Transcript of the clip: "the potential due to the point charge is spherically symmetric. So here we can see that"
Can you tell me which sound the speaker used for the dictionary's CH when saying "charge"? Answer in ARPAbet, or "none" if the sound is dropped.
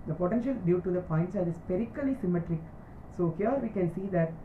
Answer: S